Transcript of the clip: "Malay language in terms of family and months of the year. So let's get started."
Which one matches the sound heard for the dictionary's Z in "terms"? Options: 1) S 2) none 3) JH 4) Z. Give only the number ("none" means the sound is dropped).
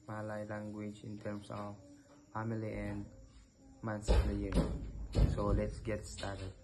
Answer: 1